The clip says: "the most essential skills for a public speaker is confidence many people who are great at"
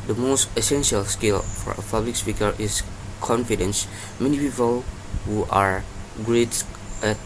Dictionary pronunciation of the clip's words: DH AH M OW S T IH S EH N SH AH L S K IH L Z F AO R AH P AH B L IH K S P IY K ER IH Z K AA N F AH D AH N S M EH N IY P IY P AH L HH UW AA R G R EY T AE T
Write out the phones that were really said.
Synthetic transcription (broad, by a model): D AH M OW S T IH S EH N SH AH L S K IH L F AO R AH P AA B L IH K S P IY K ER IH S K AA N F AH D AH N S M EH N IY P IY P AH L HH UW AA R G R EY T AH